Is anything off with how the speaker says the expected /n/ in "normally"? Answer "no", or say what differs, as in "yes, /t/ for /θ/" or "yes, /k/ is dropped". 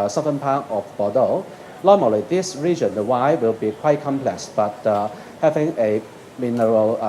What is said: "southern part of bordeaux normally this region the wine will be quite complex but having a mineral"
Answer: yes, /l/ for /n/